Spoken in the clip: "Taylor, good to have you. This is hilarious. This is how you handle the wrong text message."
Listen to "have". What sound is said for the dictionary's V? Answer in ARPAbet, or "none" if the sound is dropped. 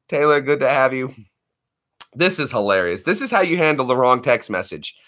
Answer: V